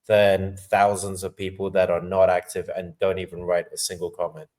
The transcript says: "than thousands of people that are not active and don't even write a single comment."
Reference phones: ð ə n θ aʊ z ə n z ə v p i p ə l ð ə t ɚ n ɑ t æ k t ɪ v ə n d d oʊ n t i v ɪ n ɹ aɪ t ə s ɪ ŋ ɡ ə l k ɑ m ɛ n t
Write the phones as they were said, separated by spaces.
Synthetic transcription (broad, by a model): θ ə n θ aʊ z ə n z ə v p i p ə l ð ə t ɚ n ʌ t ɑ k t ɪ v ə n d d oʊ n t i v ɪ n ɹ aɪ t ə s ɪ ŋ ɡ ə l k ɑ m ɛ n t